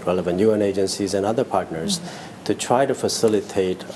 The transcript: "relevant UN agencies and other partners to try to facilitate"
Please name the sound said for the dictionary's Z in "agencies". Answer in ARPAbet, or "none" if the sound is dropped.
Z